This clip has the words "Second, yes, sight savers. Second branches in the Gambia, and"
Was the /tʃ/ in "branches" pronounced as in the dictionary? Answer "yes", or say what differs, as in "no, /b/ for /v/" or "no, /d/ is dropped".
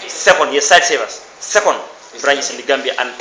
no, /tʃ/ is dropped